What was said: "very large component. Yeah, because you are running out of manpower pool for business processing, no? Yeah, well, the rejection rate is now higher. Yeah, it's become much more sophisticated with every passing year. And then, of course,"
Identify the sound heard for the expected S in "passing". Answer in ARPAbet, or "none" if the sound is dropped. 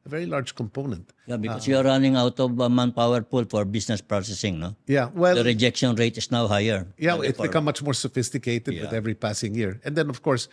S